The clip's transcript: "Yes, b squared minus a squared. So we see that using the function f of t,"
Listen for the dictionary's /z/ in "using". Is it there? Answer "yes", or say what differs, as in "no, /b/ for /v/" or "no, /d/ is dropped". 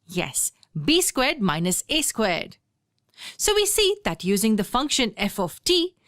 yes